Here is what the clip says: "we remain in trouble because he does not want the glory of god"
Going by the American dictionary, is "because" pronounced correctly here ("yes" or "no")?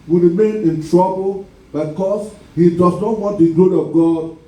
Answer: no